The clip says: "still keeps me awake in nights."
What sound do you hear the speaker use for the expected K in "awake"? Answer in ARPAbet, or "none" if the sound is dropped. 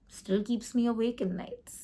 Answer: K